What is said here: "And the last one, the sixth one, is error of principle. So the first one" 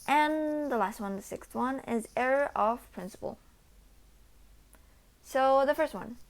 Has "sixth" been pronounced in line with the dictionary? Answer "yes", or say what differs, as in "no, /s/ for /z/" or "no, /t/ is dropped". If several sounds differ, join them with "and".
yes